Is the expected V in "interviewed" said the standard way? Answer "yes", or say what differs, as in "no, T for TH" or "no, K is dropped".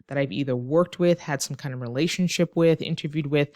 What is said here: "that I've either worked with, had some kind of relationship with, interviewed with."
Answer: yes